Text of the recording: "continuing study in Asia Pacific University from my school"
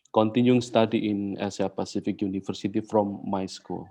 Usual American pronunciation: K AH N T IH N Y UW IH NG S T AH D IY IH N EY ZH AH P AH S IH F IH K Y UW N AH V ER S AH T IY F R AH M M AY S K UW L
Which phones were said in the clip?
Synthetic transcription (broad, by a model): K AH N T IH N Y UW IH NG S T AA D IY IH N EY S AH P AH S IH F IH K Y UW N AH F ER S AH T IY F R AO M M AY S K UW L